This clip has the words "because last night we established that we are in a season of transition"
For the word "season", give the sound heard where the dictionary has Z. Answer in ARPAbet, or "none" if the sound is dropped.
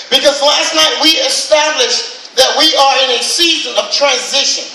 Z